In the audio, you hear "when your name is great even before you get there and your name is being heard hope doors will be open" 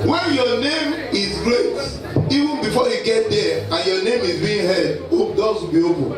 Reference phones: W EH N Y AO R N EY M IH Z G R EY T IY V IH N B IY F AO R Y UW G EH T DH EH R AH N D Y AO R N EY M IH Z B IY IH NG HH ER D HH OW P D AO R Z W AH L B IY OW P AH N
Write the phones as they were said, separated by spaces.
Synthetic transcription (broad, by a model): W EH N Y AO N EY M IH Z G R EY T IY V IH N B IY F AO Y UW G EH T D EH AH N Y AO N EY M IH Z B IY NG HH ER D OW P D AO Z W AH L B IY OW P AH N